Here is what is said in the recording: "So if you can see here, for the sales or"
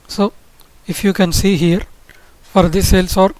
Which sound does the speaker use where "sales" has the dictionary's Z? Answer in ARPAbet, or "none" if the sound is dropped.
S